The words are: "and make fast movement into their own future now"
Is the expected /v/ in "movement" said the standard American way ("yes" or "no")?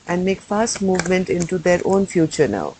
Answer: yes